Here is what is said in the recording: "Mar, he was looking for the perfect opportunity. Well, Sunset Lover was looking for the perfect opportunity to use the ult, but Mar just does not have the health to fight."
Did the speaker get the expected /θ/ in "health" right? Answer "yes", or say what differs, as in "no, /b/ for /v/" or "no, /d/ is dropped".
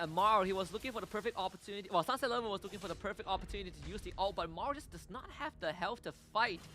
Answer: no, /f/ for /θ/